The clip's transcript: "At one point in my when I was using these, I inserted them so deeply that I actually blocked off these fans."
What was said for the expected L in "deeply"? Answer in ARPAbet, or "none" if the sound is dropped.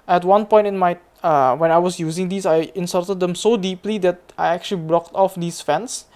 L